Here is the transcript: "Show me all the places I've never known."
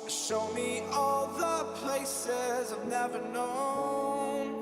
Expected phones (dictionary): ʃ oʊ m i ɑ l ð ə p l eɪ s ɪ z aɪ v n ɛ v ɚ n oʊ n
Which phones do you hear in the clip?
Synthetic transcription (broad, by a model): ʃ oʊ m i ɑ l ð ə p l eɪ s ɪ z aɪ v n ɛ v ɚ n oʊ n